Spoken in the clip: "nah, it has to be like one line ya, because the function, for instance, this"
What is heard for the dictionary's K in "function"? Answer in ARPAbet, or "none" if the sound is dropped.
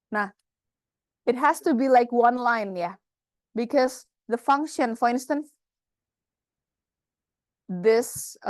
K